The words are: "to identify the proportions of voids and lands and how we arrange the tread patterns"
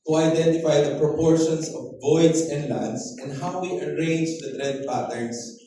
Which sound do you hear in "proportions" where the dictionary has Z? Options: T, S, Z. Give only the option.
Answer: S